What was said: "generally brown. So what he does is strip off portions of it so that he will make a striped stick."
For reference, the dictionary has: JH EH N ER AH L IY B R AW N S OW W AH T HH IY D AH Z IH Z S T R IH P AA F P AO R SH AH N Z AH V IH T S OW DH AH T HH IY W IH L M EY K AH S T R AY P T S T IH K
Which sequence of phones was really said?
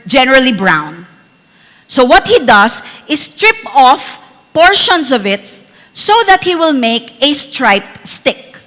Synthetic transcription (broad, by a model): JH EH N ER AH L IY B R AW N S OW W AH T HH IY D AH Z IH S T R IH P AA F P AO R SH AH N S AH V IH T S OW DH AH T HH IY W IH L M EY K AH S T R AY P T S T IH K